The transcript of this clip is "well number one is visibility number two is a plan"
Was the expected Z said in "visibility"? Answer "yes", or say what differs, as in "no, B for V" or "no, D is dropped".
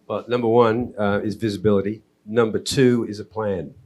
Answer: yes